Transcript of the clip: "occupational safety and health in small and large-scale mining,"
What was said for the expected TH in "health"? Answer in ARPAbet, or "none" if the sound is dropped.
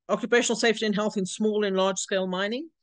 TH